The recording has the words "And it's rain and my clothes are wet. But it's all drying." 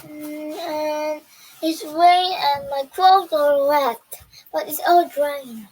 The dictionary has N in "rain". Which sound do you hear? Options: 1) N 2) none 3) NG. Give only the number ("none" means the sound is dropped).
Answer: 2